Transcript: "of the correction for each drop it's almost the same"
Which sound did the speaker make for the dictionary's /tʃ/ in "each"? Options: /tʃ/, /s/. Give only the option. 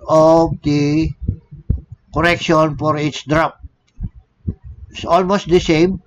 /s/